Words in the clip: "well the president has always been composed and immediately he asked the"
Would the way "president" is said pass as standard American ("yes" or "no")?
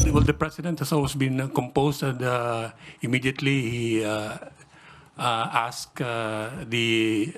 no